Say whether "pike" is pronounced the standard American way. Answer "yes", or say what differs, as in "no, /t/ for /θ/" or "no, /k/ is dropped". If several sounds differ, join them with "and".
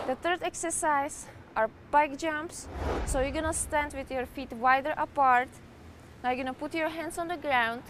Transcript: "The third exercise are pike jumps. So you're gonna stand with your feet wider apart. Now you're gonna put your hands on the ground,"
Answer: no, /b/ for /p/